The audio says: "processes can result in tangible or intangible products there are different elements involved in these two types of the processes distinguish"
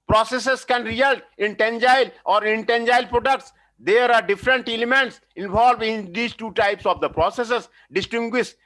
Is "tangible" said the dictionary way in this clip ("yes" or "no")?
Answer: no